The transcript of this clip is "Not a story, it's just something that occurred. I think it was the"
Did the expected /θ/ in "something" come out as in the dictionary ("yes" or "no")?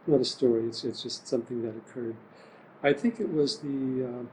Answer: yes